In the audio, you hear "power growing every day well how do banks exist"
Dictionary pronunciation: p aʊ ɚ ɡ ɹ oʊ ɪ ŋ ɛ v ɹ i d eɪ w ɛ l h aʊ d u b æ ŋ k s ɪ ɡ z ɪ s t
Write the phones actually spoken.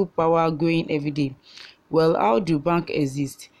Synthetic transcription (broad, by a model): p aʊ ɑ ɡ oʊ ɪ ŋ ɛ v ɹ i d eɪ w ɛ l h aʊ d u b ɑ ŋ k ɪ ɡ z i s t